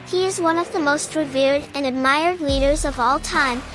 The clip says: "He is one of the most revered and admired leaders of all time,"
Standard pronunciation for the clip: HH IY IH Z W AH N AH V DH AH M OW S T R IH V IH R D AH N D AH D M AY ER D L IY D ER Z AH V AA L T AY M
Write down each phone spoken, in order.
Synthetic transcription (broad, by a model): HH IY IH Z W AH N AH V DH AH M OW S T R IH V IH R D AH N AH D M AY ER D L IY D ER Z AH V AA L T AY M